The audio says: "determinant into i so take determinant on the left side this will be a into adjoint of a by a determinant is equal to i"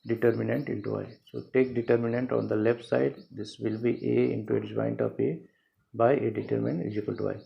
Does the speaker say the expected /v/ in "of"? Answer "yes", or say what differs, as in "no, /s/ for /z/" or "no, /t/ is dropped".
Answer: no, /p/ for /v/